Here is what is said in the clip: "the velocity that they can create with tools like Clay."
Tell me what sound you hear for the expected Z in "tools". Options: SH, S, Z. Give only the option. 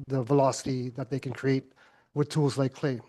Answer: Z